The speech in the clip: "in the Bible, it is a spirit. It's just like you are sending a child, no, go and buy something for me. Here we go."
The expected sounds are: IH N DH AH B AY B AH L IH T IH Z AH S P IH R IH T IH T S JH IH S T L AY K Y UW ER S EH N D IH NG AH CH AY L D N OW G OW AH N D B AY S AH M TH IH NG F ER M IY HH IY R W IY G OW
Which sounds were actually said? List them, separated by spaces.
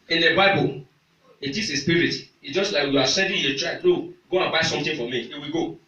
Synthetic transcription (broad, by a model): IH N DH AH B AY B AH L IH T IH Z AH S P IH R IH T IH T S JH IH S T L AY K Y UW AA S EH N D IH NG AH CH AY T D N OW G OW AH N B AY S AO M T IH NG F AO M IY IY W IY G OW